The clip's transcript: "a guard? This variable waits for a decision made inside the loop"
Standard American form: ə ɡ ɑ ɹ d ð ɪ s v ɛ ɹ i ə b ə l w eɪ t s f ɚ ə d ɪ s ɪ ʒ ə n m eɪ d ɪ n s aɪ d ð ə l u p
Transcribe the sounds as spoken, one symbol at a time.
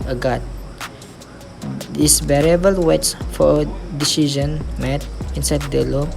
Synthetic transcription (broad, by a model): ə ɡ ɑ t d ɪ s b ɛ ɹ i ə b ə l w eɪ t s f ə d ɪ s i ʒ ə n m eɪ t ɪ n s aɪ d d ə l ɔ